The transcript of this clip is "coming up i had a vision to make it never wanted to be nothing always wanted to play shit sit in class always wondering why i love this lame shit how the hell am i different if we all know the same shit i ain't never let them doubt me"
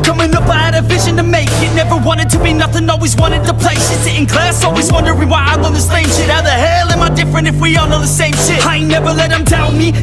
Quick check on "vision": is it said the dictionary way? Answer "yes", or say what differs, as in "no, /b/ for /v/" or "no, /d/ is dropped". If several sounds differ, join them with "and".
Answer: yes